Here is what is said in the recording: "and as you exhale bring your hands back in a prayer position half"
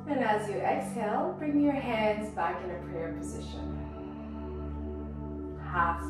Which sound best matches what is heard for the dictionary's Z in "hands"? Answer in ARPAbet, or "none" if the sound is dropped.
Z